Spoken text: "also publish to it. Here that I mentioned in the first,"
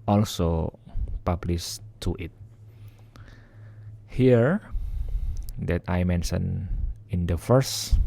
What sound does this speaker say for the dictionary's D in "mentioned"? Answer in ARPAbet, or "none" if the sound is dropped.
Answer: none